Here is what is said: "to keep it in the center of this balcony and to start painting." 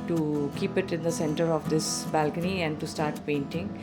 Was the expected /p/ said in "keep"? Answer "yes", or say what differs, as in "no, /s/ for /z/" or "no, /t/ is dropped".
yes